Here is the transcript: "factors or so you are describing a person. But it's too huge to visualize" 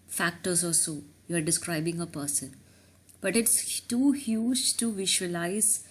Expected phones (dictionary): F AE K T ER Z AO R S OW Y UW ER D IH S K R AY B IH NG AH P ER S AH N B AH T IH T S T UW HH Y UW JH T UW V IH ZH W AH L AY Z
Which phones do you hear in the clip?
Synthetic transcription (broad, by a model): F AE K T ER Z AO L S OW Y UW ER D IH S K R AY B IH NG AH P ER S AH N B AH T IH T S T UW HH Y UW JH T UW V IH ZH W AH L AY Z